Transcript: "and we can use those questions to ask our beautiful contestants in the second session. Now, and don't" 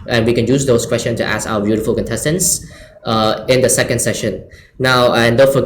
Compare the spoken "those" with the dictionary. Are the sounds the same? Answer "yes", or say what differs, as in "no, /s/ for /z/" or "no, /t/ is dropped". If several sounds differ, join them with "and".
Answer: no, /s/ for /z/